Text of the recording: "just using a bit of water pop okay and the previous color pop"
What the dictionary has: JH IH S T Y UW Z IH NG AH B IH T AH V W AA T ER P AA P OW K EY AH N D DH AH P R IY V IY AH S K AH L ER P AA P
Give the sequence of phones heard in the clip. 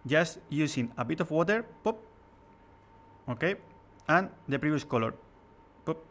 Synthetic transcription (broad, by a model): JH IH S T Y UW S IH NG AH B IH T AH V W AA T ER P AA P OW K EY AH N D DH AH P R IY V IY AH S K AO L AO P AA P